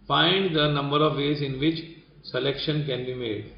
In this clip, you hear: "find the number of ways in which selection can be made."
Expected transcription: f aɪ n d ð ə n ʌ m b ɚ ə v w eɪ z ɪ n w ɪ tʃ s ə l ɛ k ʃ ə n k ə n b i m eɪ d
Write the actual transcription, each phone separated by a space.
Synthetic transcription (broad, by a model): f aɪ n d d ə n ʌ m b ɚ ə v eɪ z ɪ n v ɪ tʃ s ə l ɛ k ʃ ə n k ə n b i m eɪ d